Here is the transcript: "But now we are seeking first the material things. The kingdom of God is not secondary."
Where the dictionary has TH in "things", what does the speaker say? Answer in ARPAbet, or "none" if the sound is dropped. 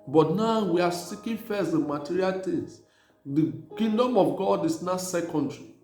T